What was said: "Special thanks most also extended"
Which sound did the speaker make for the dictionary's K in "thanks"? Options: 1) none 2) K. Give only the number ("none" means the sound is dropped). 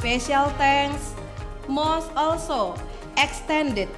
1